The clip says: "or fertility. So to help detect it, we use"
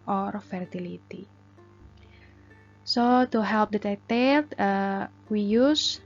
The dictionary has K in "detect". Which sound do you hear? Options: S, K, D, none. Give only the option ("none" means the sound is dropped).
none